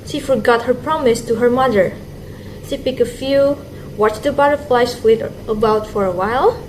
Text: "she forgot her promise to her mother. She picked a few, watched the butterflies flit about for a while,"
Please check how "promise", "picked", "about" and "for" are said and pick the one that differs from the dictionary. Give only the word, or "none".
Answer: picked